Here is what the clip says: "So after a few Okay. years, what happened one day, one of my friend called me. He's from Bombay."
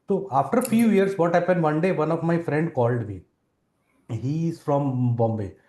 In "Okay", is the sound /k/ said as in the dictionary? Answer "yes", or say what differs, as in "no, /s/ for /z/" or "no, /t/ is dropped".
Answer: no, /k/ is dropped